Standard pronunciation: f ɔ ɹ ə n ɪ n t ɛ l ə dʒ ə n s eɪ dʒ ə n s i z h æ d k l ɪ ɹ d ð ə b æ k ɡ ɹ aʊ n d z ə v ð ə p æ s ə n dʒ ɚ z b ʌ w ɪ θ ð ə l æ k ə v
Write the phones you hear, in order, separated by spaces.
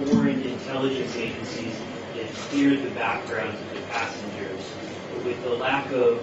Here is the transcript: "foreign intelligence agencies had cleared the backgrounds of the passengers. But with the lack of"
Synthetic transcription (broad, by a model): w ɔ ɹ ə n ɪ n t ɛ l ə dʒ ə n s eɪ dʒ ə n s i z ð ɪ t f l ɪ ɹ d ð ə b æ k ɡ ɹ aʊ n d z ə v ð ə p æ s n dʒ ɚ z w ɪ ð ə l æ k ə v